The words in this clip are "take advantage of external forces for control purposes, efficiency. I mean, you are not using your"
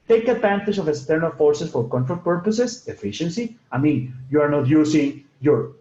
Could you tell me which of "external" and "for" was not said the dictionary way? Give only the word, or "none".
none